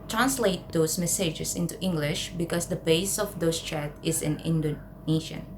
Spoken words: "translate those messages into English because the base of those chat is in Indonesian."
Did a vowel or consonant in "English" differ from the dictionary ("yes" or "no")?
no